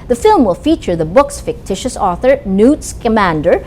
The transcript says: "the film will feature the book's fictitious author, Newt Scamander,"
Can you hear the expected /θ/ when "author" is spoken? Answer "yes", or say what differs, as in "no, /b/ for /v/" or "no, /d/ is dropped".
yes